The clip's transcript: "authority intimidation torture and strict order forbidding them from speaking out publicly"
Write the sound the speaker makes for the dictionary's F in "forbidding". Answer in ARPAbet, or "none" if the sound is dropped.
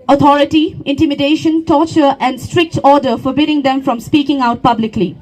F